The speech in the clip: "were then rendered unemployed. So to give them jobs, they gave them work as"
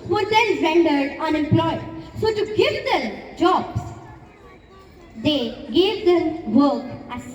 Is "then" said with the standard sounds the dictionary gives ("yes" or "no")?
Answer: no